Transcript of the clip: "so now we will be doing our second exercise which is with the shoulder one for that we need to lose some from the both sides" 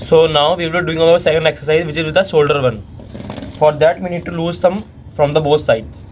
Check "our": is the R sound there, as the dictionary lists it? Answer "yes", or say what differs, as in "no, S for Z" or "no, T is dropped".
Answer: no, L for R